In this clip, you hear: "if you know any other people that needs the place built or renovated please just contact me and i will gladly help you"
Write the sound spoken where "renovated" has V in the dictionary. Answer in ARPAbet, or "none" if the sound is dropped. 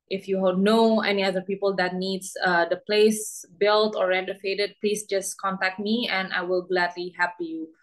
F